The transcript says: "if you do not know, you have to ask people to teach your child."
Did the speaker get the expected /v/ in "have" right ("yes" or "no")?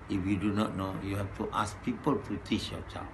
no